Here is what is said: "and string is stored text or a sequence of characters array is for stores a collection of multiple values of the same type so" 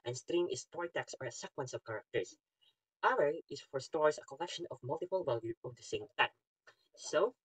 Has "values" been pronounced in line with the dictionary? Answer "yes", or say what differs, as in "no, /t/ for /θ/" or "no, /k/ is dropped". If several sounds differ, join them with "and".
no, /z/ is dropped